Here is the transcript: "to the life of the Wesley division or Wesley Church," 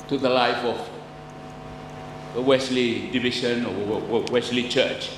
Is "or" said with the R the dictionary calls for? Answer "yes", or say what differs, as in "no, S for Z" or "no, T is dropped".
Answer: no, W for R